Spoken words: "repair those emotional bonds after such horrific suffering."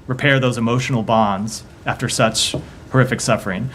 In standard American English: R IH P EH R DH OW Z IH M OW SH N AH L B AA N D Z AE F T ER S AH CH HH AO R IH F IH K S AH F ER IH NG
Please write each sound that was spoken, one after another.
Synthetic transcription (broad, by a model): R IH P EH R DH OW Z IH M OW SH N L B AA N D Z AE F T ER S AH CH HH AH R IH F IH K S AH F ER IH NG